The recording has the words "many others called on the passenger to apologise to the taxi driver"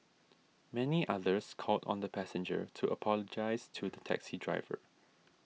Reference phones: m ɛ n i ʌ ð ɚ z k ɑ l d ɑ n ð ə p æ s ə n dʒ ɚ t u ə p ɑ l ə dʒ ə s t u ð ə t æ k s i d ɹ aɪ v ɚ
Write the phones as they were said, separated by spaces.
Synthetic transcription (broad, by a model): m ɛ n i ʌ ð ɚ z k ɑ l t ɑ n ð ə p æ s ə n dʒ ɚ t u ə p ɑ l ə dʒ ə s t u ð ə t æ k s i d ɹ aɪ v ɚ